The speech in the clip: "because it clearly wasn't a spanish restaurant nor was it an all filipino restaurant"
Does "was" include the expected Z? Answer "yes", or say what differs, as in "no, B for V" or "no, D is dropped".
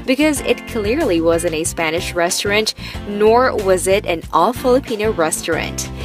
yes